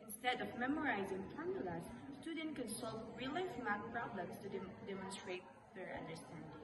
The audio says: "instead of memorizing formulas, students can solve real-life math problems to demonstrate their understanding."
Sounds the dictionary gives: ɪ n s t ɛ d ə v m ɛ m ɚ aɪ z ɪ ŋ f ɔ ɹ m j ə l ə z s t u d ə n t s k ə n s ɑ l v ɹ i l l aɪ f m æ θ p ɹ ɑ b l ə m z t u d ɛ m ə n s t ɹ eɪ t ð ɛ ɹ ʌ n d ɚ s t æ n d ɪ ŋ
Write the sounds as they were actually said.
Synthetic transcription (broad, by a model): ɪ n s t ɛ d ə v m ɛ m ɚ aɪ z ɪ ŋ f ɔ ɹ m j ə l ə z s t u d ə n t k ə n s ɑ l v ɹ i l l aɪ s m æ t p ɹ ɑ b l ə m s t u d ɛ m ə n s t ɹ eɪ t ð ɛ ɹ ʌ n d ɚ s t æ n d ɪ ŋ